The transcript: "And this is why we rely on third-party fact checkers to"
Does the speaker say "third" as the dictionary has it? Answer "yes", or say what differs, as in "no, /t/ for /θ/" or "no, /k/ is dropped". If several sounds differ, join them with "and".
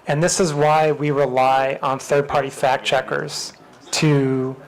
yes